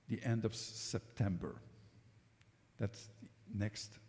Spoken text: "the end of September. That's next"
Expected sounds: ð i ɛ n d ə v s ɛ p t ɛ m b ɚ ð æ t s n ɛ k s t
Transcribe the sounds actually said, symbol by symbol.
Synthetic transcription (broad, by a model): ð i ɛ n d ə v s ɛ p t ɛ m b ɚ ð æ t s n ɛ k s t